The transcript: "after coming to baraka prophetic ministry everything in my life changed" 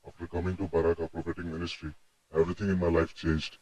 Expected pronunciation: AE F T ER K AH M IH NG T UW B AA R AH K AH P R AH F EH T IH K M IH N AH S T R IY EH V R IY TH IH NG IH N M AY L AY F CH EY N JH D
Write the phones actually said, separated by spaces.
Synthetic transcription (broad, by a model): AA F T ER K AH M IH NG T UW B AA R AH K AH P R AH P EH T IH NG M IH N AH S T R IY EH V R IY T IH NG IH N M AY L AY F CH EY N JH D